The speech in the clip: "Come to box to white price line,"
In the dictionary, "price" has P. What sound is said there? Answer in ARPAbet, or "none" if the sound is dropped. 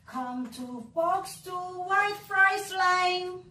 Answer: F